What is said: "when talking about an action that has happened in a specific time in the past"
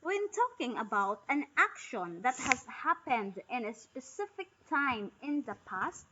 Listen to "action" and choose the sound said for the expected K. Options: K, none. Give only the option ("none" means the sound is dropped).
K